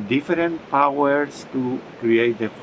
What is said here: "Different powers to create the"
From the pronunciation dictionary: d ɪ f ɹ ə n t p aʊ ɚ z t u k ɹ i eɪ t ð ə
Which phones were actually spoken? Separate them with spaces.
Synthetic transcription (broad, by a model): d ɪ f ɹ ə n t p aʊ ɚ s t u k ɹ i eɪ t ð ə